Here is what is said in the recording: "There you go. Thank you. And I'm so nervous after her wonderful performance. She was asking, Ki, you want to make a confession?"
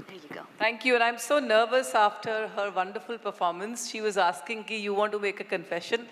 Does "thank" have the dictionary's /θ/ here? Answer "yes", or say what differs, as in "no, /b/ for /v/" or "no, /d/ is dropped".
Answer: no, /t/ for /θ/